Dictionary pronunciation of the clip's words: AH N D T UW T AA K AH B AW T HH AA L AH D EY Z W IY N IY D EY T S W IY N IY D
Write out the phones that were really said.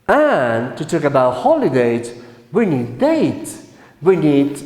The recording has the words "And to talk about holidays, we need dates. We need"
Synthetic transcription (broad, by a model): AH N T UW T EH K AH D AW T HH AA L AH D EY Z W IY N IY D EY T W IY N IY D